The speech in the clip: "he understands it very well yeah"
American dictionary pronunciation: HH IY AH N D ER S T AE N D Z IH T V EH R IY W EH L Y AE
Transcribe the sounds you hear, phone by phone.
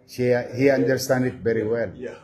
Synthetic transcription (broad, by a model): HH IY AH N D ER S T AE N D IH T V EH R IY W EH L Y